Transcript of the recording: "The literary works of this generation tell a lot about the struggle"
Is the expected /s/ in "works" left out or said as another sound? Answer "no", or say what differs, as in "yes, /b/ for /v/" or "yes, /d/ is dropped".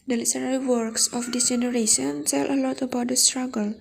no